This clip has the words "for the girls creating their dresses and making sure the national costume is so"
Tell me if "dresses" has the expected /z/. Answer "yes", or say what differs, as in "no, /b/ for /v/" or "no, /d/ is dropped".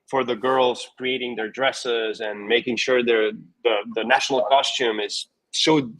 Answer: yes